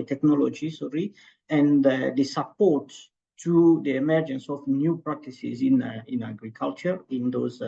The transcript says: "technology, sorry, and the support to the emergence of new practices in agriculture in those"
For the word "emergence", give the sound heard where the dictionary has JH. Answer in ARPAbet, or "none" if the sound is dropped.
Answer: JH